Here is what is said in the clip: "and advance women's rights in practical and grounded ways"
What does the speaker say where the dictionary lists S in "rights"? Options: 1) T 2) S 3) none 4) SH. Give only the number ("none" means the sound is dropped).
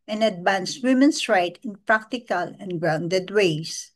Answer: 3